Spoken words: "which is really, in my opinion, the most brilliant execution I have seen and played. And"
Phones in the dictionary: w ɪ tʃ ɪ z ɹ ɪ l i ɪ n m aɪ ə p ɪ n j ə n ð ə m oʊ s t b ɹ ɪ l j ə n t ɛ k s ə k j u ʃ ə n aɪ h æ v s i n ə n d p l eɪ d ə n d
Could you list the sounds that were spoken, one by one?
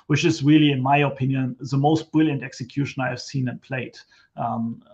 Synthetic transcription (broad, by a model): w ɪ tʃ ɪ z ɹ ɪ l i ɪ n m aɪ ə p ɪ n j ə n ð ə m oʊ s t b ɹ ɪ l j ə n t ɛ k s ə k j u ʃ ə n aɪ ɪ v s i n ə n p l eɪ ə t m